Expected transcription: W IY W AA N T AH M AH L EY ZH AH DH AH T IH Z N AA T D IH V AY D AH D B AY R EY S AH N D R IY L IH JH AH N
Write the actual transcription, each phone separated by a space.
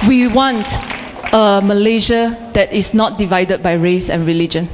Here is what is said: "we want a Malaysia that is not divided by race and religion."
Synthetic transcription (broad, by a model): W IY W AA N T AH M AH L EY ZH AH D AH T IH S N AA T D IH V AY D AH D B AY R EY S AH N R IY L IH JH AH N